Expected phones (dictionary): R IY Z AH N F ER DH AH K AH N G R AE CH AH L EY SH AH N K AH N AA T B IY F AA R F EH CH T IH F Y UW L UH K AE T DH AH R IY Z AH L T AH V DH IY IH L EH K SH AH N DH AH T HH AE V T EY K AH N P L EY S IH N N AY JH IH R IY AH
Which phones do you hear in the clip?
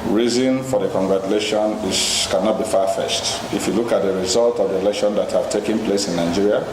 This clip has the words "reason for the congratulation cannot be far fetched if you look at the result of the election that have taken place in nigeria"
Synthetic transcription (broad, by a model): R IY Z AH N F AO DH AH K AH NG G R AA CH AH L EY SH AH N K AH N AA T B IY F AA F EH S T IH F Y UW L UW K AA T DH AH R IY Z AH L T AH V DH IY IH L EH K SH AH N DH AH T HH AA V T EY K AH N P L EY S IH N N AY JH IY R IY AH